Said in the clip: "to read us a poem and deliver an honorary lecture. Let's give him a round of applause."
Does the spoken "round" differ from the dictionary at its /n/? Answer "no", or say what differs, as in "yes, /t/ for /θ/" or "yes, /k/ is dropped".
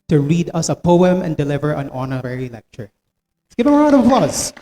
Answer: yes, /n/ is dropped